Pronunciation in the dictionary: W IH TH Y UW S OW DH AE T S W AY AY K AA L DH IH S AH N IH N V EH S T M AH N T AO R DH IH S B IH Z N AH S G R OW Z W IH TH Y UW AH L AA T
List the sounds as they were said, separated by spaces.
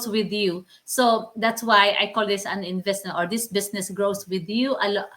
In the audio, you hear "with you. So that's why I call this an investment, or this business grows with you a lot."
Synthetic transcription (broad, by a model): W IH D Y UW S OW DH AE T S W AY AY K AA L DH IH S AH N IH N V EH S T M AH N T AO R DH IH S B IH S N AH S G R OW S W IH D Y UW AH L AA